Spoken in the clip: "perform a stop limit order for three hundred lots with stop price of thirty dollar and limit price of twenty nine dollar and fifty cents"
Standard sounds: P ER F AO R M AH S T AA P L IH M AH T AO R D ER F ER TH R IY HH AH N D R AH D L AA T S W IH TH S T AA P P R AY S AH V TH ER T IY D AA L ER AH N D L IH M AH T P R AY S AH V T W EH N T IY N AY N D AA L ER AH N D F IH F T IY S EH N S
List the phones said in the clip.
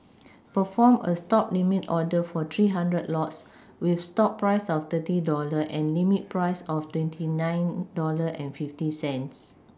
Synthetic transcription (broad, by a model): P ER F AO M AH S T AA P L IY M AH T AO D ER F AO T R IY HH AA N D R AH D L AA T S W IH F S T AA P P R AY S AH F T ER T IY D AA L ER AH N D L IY M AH T P R AY S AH F T W EH N T IY N AY N D AA L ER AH N F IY F T IY S EH N S